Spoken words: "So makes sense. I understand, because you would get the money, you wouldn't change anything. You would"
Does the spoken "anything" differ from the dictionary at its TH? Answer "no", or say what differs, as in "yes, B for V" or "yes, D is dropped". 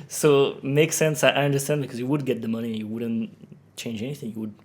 no